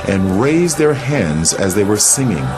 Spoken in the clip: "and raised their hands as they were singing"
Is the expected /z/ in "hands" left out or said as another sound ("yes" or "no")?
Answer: no